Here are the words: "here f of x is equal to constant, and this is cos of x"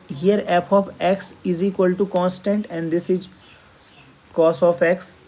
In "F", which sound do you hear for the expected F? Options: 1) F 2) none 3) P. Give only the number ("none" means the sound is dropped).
3